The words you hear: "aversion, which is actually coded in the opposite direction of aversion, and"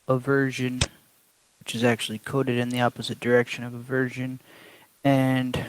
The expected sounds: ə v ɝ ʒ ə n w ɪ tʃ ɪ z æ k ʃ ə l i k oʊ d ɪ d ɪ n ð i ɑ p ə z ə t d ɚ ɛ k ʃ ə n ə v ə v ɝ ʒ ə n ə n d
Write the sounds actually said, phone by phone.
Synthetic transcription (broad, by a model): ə v ɝ ʒ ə n w ɪ tʃ ɪ z æ k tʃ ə l i k oʊ d ɪ d ɪ n ð i ɑ p ə z ə t d ɚ ɛ k ʃ ə n ə v ə v ɝ ʒ ə n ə n